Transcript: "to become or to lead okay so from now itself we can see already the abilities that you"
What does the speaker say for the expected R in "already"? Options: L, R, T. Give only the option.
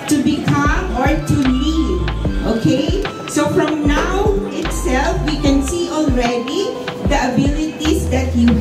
R